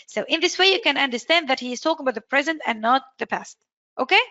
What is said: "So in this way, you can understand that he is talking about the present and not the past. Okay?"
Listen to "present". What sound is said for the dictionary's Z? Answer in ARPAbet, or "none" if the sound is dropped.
Z